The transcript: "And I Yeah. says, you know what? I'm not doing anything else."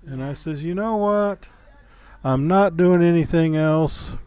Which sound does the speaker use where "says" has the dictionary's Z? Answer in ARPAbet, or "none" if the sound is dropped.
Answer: Z